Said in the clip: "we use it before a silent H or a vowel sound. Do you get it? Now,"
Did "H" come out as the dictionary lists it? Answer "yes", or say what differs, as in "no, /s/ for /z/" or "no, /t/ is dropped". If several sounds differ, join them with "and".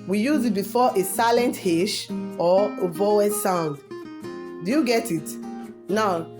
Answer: no, /ʃ/ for /tʃ/